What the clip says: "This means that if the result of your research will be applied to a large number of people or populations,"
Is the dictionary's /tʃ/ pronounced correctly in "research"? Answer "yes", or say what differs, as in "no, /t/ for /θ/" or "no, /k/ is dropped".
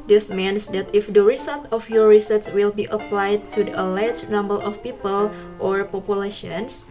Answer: no, /s/ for /tʃ/